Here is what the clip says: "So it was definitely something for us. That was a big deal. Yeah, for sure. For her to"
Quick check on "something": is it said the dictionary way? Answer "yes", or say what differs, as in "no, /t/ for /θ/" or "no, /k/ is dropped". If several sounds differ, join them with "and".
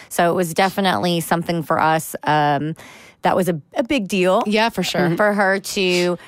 yes